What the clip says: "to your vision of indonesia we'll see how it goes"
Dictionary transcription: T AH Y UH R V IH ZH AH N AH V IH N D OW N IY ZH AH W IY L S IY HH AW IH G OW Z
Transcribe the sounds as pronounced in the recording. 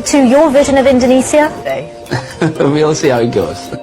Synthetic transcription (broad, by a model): T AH Y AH V IH ZH AH N AH V IH N D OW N IY S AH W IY L S IY HH AW IH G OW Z